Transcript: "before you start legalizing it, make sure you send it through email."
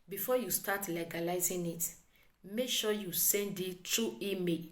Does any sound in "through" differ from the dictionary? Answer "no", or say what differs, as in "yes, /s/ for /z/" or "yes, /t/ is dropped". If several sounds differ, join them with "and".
yes, /t/ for /θ/